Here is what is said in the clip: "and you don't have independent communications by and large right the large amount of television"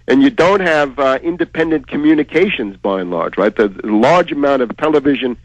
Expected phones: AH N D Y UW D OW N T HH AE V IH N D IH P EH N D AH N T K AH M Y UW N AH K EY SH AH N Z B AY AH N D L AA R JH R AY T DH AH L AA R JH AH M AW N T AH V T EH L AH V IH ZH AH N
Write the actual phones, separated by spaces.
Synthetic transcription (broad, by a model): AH N Y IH D OW N T HH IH V IH N D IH P EH N D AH N K AH M Y UW N AH K EY SH AH N Z B AY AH N L AA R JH R AY T DH AH L AA R JH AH M AW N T AH V T EH L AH V IH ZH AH N